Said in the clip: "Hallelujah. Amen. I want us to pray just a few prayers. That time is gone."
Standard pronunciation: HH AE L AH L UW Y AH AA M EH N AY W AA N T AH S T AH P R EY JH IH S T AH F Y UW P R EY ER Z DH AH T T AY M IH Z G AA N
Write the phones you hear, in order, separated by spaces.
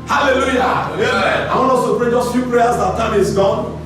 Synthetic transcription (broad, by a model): HH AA L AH L UW Y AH AA IH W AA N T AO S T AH P R EY JH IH S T F Y UW P R EY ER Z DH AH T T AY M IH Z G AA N